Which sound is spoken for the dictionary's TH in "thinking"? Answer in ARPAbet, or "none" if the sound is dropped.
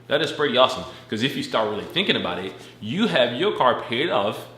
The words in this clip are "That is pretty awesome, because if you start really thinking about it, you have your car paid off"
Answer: TH